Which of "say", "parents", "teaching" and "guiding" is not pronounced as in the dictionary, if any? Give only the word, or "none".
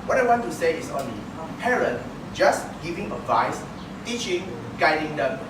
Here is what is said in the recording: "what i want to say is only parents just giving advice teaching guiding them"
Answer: parents